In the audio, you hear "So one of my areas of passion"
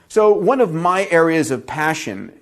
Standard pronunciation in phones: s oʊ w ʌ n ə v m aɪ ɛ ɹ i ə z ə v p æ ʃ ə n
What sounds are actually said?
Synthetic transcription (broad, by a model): s oʊ w ʌ n ə v m aɪ ɛ ɹ i ə z ə v p æ ʃ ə n